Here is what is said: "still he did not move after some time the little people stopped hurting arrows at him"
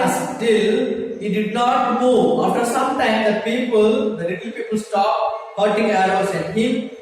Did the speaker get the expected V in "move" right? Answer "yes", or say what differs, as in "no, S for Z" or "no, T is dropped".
no, V is dropped